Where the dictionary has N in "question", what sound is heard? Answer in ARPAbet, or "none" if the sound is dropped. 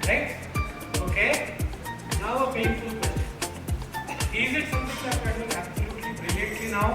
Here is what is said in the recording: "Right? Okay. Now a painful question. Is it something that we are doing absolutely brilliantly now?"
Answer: none